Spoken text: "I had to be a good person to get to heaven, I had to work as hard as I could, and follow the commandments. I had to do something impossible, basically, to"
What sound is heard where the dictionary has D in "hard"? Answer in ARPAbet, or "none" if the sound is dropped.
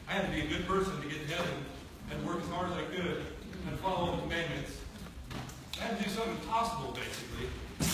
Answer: none